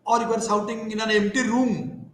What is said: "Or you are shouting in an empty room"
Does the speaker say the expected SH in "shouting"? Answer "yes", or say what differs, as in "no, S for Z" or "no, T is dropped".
no, S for SH